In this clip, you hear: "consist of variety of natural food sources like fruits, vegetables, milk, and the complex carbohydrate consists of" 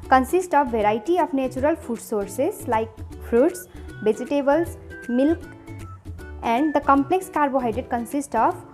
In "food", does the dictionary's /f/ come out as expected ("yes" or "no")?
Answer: no